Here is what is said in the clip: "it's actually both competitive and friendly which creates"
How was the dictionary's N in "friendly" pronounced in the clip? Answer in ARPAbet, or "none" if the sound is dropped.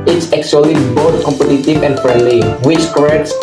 none